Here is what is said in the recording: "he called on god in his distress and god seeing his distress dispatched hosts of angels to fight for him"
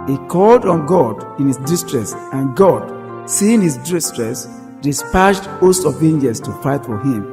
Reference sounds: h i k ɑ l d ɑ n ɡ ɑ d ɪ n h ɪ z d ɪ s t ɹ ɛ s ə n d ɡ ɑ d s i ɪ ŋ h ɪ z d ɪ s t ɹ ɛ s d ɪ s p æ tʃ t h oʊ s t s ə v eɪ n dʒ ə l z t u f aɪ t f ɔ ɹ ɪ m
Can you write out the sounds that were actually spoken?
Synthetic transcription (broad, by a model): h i k ɑ l d ɑ n ɡ ɑ d ɪ n h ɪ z d ɪ s t ɹ ɛ s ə n ɡ ɑ d s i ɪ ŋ h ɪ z d ɪ s t ɹ ɛ s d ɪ s p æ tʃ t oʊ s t ə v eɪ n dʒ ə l s t u f aɪ t f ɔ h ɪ m